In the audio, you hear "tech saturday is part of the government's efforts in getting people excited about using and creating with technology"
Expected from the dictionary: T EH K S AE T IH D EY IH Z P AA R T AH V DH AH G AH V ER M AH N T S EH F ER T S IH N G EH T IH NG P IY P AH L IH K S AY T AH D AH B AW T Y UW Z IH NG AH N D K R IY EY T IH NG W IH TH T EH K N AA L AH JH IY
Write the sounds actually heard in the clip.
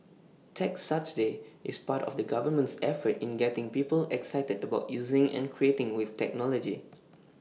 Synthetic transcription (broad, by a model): T EH K S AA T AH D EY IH S P AA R T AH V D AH G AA V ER M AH N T S EH F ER T IH N G EH T IH NG P IY P AH L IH K S AY T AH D AH B AW T Y UW Z IH NG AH N K R IY EY T IH NG W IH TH T EH K N AA L AH JH IY